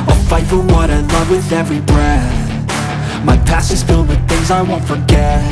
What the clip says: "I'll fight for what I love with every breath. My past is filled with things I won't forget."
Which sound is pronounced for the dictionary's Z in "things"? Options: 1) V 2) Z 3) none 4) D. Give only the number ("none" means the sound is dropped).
2